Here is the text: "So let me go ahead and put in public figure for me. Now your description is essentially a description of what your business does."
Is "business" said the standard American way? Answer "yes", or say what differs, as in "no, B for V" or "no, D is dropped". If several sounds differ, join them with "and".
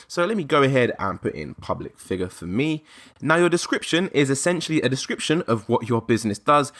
yes